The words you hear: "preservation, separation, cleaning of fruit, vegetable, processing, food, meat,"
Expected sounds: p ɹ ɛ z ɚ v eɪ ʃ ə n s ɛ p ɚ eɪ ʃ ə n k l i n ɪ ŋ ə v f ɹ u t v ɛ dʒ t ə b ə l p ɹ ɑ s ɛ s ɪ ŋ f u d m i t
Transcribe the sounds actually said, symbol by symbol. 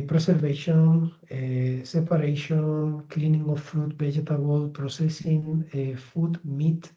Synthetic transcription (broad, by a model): p ɹ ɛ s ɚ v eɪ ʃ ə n s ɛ p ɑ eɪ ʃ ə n k l i n ɪ ŋ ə f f ɹ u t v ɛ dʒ t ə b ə l p ɹ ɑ s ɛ s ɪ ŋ f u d m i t